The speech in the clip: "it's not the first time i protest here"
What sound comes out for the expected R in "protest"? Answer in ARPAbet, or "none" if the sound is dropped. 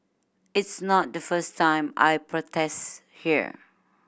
R